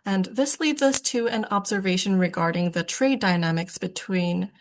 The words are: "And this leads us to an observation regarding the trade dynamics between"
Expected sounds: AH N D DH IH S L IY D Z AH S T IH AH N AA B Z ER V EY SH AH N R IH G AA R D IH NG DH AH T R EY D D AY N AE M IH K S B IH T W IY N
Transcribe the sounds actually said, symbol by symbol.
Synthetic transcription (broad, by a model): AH N DH IH S L IY D Z AH S T IH AH N AA B Z ER V EY SH AH N R IH G AA R D IH NG DH AH T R EY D D AY N AE M IH K S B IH T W IY N